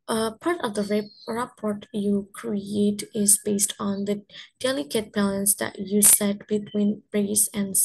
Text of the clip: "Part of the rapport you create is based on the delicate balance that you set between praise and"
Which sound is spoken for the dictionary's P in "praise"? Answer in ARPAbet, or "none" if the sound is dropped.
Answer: B